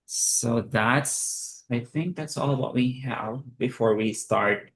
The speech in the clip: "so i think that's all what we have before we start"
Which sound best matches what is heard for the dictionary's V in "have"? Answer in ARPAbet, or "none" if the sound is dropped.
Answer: V